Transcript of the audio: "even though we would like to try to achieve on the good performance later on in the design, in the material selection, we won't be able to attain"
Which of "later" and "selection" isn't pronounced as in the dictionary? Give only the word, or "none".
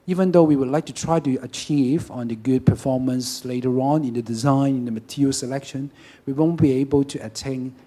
none